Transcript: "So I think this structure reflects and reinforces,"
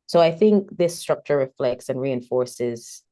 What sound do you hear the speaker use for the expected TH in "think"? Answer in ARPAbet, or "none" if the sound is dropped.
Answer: TH